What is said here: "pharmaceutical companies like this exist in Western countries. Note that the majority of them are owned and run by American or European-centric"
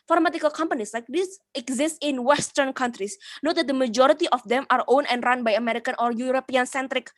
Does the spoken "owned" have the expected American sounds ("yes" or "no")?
no